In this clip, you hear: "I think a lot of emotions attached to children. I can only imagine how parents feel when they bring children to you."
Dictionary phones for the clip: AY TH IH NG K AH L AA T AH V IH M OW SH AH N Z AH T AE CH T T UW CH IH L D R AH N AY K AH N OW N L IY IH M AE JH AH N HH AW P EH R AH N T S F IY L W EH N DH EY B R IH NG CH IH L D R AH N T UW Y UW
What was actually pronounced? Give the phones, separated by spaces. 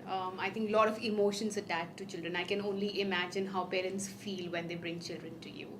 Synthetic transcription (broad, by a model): AY T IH NG K L AA T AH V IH M OW SH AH N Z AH T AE CH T T UW CH IH L D R AH N AY K AH N OW N L IY IH M AE JH AH N HH AW P EH R AH N T S F IY L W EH N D EY B R IH NG CH IH L D R AH N T UW Y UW